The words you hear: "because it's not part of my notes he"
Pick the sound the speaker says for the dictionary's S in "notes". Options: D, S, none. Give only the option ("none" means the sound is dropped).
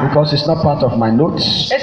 S